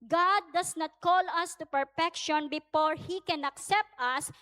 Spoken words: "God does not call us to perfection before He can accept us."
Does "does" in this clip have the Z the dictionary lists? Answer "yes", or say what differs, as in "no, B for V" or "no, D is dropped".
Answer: no, S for Z